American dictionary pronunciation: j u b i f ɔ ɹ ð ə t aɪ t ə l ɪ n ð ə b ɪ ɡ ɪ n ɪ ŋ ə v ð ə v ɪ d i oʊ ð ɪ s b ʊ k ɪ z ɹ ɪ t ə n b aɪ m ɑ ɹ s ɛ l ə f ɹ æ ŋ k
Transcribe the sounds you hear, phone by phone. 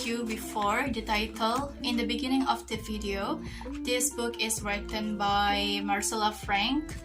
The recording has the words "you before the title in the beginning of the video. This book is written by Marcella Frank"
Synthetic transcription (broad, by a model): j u b i f ɔ ɹ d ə t aɪ t ə l ɪ n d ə b ɪ ɡ ɪ n ɪ ŋ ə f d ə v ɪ d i oʊ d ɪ s b ʊ k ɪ s ɹ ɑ t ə n b aɪ m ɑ ɹ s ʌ l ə f ɹ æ ŋ k